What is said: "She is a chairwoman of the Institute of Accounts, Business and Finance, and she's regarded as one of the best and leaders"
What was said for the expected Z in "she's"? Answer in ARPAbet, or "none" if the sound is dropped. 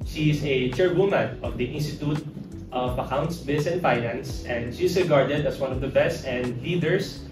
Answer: S